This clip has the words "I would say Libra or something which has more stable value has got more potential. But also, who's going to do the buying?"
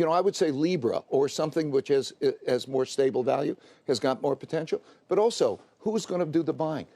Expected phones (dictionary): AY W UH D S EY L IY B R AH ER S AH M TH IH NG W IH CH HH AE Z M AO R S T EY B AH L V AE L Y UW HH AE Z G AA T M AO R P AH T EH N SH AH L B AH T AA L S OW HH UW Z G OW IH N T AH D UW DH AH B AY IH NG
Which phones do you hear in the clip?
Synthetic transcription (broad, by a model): AY W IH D S EY L IY B R AH ER S AH M TH IH NG W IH CH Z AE Z M AO R S T EY B L V AE L Y UW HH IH Z G AA T M AO R P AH T EH N SH L B AH T AA L S OW HH UW Z G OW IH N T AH D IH DH AH B AY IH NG